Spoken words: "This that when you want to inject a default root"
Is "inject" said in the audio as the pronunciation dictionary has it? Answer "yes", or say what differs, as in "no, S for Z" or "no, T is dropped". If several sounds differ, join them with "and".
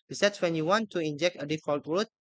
yes